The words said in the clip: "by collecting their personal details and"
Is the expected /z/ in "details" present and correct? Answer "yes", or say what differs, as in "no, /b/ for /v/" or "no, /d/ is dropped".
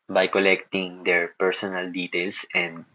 no, /s/ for /z/